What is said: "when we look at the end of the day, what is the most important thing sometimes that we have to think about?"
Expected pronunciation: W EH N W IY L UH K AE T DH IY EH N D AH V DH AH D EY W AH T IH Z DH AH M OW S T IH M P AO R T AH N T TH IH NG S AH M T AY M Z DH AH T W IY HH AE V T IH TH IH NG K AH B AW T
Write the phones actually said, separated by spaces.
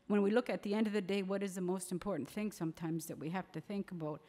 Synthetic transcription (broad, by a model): W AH N W IY L UH K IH T DH IY EH N D AH V DH AH D EY W AH T IH Z DH AH M OW S T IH M P AO R T N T TH IH NG S AH M T AY M Z DH AH T W IY HH AE F T IH TH IH NG K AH B AW T